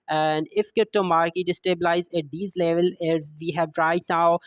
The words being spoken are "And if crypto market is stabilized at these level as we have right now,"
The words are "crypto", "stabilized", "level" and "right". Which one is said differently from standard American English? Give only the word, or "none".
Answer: stabilized